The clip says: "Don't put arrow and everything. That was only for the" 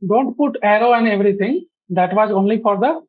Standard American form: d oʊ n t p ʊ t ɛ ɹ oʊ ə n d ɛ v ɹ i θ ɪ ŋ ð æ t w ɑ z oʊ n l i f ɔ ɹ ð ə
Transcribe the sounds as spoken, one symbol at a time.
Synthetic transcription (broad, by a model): d oʊ n t p ʊ t ɛ ɹ oʊ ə n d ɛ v ɹ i t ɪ ŋ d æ t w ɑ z oʊ n l i f ɔ ɹ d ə